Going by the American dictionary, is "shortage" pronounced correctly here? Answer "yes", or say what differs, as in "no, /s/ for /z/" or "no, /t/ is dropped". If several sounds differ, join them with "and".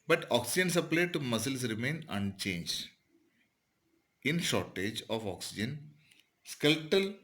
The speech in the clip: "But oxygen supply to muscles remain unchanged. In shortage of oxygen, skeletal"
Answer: yes